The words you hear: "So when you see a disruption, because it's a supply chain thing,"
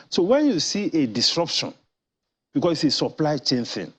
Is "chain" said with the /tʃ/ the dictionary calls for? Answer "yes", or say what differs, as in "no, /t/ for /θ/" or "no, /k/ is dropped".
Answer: yes